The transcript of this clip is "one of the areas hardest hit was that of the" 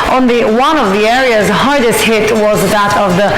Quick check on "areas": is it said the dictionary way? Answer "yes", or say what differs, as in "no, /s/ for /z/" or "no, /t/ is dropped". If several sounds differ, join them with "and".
yes